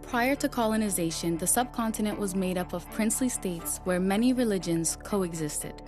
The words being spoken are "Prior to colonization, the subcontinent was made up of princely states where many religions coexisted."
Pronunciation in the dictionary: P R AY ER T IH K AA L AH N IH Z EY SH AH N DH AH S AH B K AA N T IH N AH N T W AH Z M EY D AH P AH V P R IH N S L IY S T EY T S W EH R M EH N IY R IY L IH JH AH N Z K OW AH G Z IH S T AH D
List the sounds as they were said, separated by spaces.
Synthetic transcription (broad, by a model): P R AY ER T IH K AA L AH N IH Z EY SH AH N DH AH S AH B K AA N T IH N AH N T W AH Z M EY D AH P AH V P R IH N S L IY S T EY T S W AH R M EH N IY R IY L IH JH AH N Z K OW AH G Z IH S T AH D